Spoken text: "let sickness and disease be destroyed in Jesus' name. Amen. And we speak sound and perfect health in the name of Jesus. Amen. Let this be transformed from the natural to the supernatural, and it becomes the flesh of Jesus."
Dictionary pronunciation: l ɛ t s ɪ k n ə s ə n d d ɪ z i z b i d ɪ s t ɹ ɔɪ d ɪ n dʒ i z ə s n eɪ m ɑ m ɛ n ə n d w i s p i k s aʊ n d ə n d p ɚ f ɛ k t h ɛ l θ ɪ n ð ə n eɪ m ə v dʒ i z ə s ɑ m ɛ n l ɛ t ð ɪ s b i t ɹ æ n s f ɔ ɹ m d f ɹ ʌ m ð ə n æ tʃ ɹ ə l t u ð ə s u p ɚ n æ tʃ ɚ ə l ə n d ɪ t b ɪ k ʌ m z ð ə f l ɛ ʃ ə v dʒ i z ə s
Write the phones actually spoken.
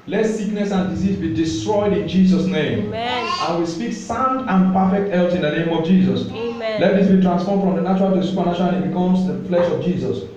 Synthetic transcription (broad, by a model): l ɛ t s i k n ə s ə n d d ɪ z i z b i d ɪ s t ɹ ɔɪ d ɪ n dʒ i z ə s n eɪ ɑ m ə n w i s p i k s aʊ n d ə n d p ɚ f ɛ k t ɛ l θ ɪ n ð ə n eɪ m ə v dʒ i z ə s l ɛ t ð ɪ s b i t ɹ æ n s f ɔ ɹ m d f ɹ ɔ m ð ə n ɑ tʃ ɹ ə l t u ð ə s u p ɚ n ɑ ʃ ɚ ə n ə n ɪ t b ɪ k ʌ m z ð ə f l ɛ ʃ ə v dʒ i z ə s